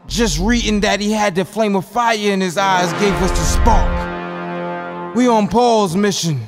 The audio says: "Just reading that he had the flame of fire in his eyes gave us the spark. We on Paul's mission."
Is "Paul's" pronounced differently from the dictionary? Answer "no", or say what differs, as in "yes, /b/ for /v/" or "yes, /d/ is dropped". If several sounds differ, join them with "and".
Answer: no